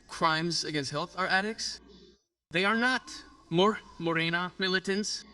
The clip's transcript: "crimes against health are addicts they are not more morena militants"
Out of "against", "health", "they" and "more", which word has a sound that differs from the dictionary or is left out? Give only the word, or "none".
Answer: none